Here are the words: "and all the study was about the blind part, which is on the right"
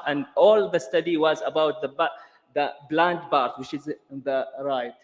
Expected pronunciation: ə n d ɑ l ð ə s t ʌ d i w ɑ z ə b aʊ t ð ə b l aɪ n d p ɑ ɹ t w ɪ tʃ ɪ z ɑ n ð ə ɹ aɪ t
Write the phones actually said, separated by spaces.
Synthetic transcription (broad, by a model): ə n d ɑ l ð ə s t ʌ d i w ɑ z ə b aʊ t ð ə b l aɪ n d b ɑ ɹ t w ɪ tʃ ɪ z ð ə ɹ aɪ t